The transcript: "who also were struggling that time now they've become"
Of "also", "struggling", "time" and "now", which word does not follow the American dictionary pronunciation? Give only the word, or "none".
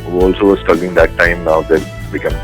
struggling